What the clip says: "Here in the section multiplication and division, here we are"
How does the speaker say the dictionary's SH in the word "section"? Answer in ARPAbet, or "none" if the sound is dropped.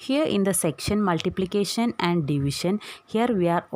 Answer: SH